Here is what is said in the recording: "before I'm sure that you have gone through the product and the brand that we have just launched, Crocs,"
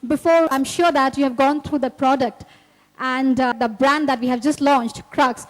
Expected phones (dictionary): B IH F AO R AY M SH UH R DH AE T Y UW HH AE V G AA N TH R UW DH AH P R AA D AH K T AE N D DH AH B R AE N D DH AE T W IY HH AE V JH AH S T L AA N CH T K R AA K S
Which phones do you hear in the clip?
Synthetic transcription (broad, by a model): B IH F AO R AY M SH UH R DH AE T Y UW HH AE V G AA N T R UW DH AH P R AA D AH K T AE N D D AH B R AE N D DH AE T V IY HH AE V JH AH S T L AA N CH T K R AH K S